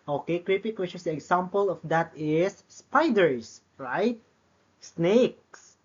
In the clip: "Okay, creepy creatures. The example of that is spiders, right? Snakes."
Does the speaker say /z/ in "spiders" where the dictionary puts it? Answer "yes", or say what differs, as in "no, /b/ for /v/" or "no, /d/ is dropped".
no, /s/ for /z/